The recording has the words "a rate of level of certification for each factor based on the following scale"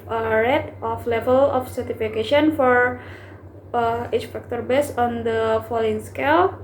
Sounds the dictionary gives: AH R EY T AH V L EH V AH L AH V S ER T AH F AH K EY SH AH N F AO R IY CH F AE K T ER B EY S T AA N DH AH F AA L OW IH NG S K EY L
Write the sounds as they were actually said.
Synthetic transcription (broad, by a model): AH R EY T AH F L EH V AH L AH F S ER T AH F AH K EY SH AH N F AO R IY CH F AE K T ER B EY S AA N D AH F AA L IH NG S K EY L